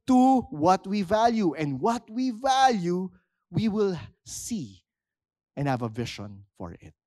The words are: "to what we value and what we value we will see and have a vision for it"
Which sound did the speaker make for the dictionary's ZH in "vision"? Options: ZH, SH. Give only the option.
SH